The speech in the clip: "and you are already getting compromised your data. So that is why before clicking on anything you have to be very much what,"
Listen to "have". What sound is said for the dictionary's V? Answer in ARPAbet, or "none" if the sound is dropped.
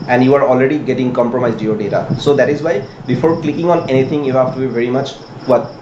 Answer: F